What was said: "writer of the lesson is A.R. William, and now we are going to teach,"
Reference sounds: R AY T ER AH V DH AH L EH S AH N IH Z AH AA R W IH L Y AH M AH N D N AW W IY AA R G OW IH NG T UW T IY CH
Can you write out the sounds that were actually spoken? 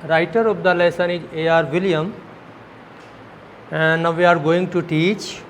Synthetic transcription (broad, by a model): R AY T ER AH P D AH L EH S AH N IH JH AH AA R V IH L Y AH M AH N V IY AA R G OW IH NG T UW T IY CH